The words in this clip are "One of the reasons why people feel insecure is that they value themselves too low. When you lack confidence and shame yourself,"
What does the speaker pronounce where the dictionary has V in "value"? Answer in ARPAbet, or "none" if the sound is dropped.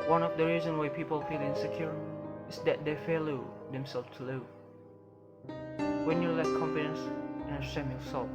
F